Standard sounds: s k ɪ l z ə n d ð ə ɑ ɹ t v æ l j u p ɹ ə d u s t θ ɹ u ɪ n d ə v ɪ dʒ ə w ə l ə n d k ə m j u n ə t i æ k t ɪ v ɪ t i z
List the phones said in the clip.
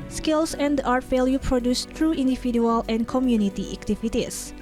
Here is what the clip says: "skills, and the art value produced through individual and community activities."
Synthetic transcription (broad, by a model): s k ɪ l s ə n d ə ɑ ɹ t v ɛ l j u p ɹ ə d u s t ɹ u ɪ n d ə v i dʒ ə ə l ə n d k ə m j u n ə t i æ k t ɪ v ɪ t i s